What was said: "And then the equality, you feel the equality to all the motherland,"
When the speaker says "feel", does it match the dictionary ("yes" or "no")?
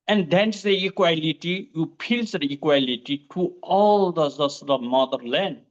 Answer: no